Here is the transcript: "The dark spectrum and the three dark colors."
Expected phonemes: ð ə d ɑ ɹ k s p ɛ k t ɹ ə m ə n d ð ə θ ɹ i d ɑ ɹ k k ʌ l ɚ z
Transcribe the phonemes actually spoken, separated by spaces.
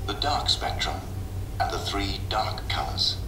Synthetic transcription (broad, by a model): ð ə d ɑ ɹ k s p ɛ k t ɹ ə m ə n ð ə θ ɹ i d ɑ ɹ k k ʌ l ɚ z